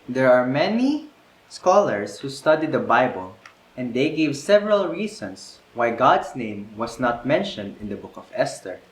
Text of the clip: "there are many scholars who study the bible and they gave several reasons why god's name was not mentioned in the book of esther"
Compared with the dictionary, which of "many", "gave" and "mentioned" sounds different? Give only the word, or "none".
none